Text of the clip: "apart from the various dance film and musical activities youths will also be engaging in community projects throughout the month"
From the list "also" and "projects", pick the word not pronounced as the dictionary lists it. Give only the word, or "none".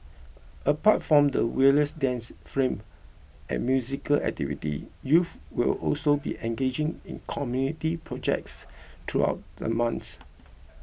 none